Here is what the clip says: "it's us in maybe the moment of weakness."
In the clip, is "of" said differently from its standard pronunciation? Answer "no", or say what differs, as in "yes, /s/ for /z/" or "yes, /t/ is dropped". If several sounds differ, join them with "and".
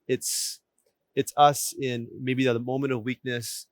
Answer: no